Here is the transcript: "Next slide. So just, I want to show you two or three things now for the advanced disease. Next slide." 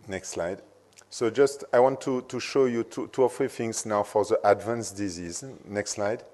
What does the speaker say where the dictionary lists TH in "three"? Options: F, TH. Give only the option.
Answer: F